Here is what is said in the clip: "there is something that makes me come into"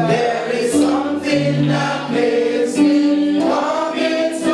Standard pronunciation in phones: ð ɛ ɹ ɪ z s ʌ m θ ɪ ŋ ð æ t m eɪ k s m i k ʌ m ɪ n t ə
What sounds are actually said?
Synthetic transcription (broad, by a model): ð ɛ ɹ ɪ z s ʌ m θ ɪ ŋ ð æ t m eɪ s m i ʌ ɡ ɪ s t